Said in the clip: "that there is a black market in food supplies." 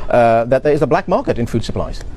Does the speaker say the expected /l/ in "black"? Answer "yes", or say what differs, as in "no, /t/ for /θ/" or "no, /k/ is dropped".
yes